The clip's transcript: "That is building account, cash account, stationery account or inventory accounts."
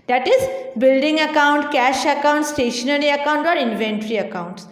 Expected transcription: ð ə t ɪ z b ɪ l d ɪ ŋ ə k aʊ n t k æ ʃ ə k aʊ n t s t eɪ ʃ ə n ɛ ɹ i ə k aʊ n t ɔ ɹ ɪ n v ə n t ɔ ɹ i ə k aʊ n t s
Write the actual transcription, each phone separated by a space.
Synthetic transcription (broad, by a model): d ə t ɪ z b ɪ l d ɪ ŋ ə k aʊ n t k æ ʃ ə k aʊ n t s t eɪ ʃ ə n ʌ ɹ i ə k aʊ n t ɔ ɹ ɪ n v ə n t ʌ ɹ i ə k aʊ n t s